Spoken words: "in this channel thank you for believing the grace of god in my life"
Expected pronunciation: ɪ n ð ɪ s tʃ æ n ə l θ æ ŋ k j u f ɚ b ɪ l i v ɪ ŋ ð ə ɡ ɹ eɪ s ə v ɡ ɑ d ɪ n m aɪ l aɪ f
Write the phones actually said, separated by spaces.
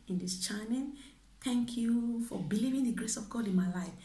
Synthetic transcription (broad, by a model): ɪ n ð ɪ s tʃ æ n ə n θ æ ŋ k j u f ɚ b ɪ l i v ɪ ŋ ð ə ɡ ɹ eɪ s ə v ɡ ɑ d ɪ n m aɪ l aɪ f